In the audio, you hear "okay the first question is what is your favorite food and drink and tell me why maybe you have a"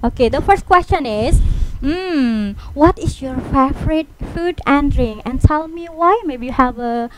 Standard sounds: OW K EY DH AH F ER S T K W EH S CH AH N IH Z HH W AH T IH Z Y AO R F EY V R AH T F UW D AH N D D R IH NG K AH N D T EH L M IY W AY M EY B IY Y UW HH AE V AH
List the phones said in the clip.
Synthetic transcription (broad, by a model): OW K EY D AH F ER S T K W EH S CH AH N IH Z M W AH T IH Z Y AO R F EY F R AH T F UW D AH N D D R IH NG AH N T EH L M IY W AY M EY B IY Y UW HH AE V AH